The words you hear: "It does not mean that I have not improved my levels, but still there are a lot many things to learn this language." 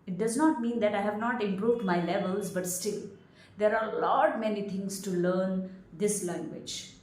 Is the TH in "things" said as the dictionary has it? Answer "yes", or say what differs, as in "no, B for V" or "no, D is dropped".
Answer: no, T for TH